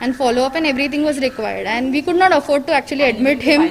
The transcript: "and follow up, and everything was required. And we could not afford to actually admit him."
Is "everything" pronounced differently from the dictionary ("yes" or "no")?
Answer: yes